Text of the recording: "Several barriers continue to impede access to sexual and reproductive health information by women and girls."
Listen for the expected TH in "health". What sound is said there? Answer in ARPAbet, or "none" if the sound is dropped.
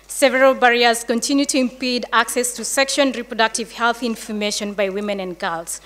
TH